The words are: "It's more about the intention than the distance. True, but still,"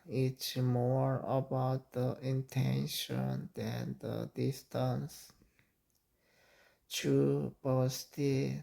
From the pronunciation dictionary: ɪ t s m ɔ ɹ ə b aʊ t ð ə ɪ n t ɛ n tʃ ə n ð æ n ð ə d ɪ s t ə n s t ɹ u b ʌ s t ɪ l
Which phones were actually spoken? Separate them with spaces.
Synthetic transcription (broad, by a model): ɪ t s m ɔ ɹ ə b aʊ t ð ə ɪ n t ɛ n ʃ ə n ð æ n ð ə d ɪ s t ə n s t u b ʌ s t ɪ